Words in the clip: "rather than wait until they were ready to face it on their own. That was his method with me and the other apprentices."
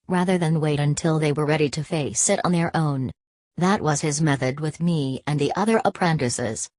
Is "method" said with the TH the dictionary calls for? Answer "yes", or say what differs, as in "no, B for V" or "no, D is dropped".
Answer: yes